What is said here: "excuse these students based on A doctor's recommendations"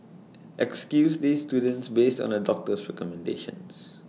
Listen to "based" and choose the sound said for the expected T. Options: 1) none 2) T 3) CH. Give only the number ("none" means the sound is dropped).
2